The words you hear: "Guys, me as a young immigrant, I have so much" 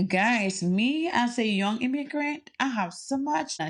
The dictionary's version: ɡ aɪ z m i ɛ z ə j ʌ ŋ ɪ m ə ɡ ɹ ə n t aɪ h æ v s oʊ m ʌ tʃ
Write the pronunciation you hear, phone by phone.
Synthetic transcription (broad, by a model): ɡ aɪ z m i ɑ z ə j ʌ ŋ ɪ m ə ɡ ɹ ə n t aɪ h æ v s oʊ m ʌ tʃ